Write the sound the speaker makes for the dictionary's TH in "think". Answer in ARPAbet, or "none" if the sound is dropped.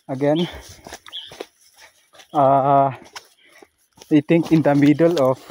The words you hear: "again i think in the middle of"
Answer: T